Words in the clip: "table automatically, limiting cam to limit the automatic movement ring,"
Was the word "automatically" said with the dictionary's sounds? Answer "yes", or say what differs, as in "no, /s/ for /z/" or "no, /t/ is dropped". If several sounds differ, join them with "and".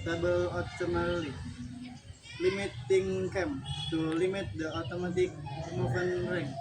no, /k/ is dropped